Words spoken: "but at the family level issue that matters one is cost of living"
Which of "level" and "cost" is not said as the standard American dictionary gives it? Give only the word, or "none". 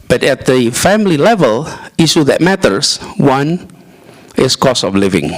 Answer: cost